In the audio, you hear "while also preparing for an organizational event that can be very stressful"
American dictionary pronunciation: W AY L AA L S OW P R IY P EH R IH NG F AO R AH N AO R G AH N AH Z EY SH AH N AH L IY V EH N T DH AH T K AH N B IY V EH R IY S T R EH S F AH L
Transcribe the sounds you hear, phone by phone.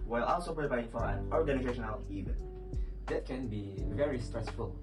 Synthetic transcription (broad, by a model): W AY L AA L S OW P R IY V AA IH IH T F AO R AH N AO R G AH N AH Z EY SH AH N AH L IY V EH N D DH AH T K AH N B IY V EH R IY S T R EH S F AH L